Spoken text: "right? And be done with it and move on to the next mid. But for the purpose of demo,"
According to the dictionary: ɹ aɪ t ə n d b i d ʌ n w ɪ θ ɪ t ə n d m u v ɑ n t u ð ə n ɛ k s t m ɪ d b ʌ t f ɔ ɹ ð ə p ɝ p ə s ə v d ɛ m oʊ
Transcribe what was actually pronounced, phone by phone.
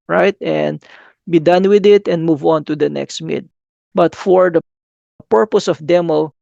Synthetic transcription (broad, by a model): ɹ aɪ t ə n d b i d ʌ n w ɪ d ɪ t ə n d m u v ɑ n t u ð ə n ɛ k s t m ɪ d b ʌ t f ɔ ɹ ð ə p ɝ p ə s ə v d ɛ m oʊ